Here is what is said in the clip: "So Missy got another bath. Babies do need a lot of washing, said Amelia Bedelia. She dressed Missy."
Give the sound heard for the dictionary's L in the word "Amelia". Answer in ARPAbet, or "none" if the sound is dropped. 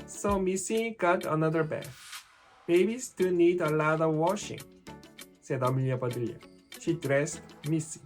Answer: L